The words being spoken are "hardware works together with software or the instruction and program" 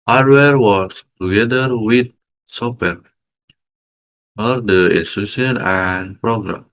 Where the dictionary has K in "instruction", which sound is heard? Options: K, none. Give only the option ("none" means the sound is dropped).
none